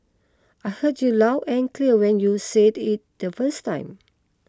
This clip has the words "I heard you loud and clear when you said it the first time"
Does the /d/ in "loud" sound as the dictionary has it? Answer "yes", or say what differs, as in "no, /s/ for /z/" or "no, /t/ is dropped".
no, /d/ is dropped